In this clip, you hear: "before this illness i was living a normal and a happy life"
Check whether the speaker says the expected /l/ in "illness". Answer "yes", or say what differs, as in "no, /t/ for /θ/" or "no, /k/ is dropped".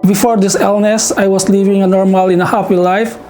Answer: yes